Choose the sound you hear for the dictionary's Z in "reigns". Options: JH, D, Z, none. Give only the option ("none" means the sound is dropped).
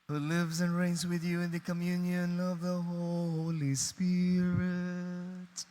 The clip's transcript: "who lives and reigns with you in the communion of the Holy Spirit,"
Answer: Z